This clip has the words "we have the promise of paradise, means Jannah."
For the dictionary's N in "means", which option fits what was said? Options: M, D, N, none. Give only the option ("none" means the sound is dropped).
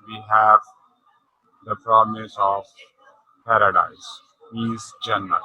none